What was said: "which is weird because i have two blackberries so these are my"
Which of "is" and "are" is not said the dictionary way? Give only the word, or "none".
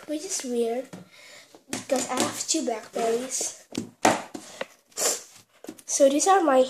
is